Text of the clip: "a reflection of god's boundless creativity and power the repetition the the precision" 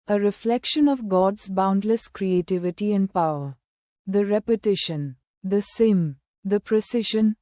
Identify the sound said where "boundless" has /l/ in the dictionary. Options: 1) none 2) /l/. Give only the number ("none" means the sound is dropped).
2